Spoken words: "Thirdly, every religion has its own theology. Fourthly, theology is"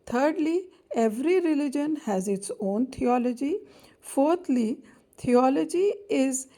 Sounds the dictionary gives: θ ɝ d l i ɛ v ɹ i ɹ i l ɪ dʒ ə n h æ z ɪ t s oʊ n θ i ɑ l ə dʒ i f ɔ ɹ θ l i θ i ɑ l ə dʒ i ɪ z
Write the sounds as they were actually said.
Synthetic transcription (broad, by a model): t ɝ d l i ɛ v ɹ i ɹ i l ɪ dʒ ə n h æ z ɪ t s oʊ n t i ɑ l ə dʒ i f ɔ ɹ t l i t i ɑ l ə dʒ i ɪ z